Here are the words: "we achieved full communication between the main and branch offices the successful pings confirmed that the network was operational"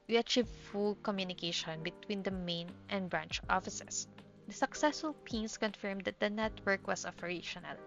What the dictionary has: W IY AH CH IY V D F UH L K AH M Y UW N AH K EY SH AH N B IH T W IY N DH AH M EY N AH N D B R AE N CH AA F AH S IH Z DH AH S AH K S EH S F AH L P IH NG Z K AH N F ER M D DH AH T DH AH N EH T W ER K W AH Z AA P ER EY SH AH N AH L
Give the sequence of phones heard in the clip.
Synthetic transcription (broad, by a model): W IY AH CH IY V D F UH L K AH M Y UW N AH K EY SH AH N B IH T W IY N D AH M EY N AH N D B R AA N CH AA F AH S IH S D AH S AH K S EH S F AH L P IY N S K AH N F ER M D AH T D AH N EH T W ER K W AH S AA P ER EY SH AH N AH L